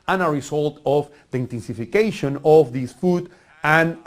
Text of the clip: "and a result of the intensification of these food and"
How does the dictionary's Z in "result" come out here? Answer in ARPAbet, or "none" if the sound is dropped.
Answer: S